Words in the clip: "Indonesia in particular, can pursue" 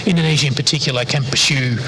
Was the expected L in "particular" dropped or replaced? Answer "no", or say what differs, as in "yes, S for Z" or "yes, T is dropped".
yes, L is dropped